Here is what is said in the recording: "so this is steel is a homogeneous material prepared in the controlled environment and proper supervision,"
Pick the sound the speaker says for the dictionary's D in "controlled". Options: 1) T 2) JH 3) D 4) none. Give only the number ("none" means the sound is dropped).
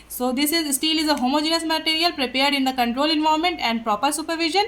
4